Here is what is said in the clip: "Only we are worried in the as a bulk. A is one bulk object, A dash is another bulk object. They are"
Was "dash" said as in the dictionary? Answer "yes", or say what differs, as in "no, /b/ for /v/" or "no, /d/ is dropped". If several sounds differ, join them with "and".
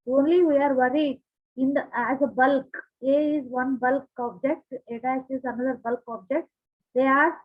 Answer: no, /s/ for /ʃ/